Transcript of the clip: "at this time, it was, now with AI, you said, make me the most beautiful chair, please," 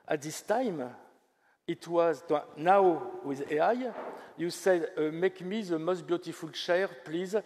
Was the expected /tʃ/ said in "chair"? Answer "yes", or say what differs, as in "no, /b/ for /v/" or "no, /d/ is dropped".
no, /ʃ/ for /tʃ/